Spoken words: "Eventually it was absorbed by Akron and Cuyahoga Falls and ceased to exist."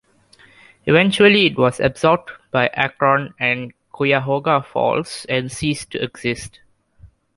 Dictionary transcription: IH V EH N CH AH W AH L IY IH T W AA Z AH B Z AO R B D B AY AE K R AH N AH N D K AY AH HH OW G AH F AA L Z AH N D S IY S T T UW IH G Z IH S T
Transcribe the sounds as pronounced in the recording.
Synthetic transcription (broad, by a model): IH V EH N CH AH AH L IY IH T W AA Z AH B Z AO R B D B AY AE K R AH N AH N D K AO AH HH OW G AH F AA L S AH N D S IY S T T UW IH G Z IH S T